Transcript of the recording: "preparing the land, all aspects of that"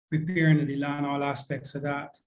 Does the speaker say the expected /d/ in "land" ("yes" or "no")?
no